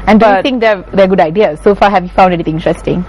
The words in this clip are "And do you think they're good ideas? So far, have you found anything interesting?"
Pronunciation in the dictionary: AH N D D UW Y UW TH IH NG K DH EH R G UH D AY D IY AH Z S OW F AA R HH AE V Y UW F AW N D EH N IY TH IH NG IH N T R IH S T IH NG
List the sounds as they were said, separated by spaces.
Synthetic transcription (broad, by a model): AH N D D UW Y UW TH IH NG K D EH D G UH D AY D IY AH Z S OW F AA HH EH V Y UW F AW N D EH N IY T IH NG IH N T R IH S T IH NG